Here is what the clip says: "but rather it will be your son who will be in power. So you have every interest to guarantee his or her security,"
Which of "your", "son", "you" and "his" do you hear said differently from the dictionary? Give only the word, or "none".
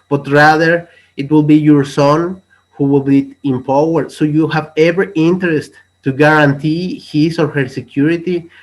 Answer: his